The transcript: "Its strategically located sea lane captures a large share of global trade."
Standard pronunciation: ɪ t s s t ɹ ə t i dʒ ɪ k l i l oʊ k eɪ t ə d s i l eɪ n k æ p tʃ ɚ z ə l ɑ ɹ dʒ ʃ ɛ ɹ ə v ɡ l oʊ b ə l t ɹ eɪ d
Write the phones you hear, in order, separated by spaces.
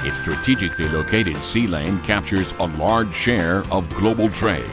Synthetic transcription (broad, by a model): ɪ t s s t ɹ ə t i dʒ ɪ k l i l oʊ k eɪ t ə d s i l eɪ n k æ p tʃ ɚ z ə l ɑ ɹ dʒ ʃ ɛ ɹ ə v ɡ l oʊ b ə l t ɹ eɪ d